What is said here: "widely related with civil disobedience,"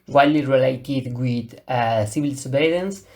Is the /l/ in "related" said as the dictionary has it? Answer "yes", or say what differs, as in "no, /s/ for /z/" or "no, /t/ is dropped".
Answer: yes